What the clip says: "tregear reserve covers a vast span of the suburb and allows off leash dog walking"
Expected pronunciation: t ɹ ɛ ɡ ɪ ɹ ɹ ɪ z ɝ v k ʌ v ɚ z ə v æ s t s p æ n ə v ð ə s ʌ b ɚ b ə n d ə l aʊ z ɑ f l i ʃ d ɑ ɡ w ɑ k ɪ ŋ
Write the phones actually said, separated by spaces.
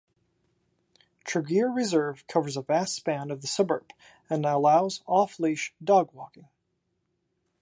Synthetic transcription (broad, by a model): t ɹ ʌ ɡ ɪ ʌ ɹ ɪ z ɝ v k ʌ v ɚ z ə v æ s t s p æ n ə v ð ə s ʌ b ɚ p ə n ə l aʊ z ɑ f l i ʃ d ɑ ɡ w ɑ k ɪ ŋ